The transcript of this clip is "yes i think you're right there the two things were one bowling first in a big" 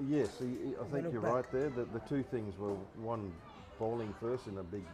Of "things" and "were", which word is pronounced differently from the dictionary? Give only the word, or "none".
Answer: none